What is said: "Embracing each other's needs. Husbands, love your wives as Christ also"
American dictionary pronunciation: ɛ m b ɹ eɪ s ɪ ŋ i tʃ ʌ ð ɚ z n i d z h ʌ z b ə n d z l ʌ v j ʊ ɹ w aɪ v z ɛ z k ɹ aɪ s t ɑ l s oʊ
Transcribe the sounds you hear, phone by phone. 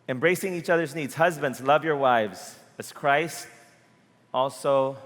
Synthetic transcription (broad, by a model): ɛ m b ɹ eɪ s ɪ ŋ i tʃ ʌ ð ɚ z n i d z h ʌ z b ə n d z l ʌ v j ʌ ɹ w aɪ v z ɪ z k ɹ aɪ s t ɑ l s oʊ